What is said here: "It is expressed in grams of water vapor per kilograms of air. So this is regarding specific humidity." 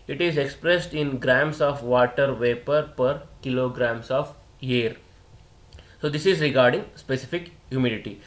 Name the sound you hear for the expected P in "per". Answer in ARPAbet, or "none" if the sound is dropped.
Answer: P